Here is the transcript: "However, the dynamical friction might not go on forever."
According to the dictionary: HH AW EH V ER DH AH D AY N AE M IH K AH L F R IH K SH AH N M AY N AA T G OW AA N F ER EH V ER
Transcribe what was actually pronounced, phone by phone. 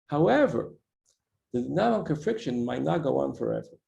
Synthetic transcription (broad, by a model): HH AW EH V ER DH AH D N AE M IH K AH N F R IH K SH AH N M AY N AA T G OW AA N F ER EH V ER